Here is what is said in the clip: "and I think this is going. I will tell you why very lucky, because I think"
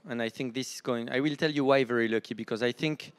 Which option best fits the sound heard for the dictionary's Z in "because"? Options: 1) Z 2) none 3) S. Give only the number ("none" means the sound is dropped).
1